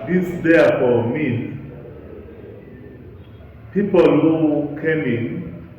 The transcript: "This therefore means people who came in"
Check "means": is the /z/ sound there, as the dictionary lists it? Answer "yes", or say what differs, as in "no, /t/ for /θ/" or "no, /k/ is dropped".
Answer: no, /z/ is dropped